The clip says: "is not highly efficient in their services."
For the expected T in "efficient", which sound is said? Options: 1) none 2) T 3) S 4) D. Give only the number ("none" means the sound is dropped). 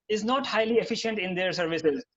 2